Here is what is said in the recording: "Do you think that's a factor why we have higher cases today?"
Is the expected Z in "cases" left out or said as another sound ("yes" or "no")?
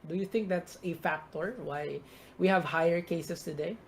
yes